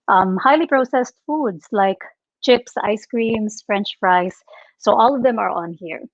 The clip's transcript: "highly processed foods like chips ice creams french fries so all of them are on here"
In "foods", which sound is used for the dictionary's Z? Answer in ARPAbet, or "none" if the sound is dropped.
S